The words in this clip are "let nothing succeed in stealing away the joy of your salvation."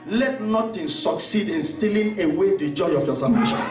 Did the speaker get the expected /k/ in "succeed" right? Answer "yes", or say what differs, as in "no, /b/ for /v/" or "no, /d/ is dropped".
yes